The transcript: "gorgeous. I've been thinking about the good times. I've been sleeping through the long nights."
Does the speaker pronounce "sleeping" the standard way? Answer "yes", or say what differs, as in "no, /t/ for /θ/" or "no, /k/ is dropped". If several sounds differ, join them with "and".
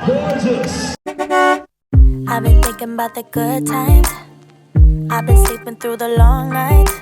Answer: no, /l/ is dropped